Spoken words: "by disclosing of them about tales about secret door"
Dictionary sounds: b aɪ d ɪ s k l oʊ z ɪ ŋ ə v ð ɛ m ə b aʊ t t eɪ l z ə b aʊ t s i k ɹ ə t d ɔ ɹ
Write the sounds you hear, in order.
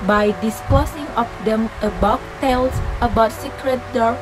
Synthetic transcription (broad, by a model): b aɪ d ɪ s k oʊ s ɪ ŋ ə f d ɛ m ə b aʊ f t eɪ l s ə b aʊ t s i k ɹ ə t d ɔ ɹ